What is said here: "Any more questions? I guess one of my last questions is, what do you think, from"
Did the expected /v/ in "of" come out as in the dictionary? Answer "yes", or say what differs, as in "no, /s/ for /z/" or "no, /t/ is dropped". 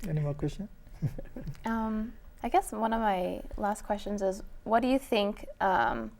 yes